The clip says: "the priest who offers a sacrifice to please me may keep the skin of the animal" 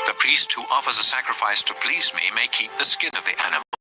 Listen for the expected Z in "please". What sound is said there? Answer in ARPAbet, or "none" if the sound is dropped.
Z